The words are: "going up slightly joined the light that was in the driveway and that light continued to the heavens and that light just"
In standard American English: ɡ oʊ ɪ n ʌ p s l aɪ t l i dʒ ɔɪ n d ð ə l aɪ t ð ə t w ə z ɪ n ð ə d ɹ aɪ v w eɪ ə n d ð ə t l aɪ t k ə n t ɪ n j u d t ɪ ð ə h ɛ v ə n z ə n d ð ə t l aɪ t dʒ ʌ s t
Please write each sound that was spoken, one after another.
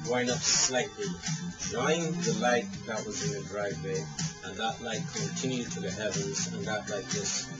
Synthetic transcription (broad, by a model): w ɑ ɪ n ʌ p s l aɪ t l i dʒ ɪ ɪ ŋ ð ə l aɪ t ð ə t w ə z ɪ n ð ə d ɹ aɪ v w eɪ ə n ð ə t l aɪ t k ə n t ɪ n j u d t ɪ ð ə h ɛ v ə n z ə n ð ə t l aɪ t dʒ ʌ s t